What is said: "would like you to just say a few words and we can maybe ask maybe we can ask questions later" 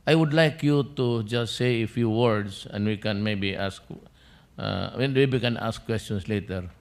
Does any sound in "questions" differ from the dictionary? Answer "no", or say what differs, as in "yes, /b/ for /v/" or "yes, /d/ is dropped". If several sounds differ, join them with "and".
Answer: yes, /s/ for /z/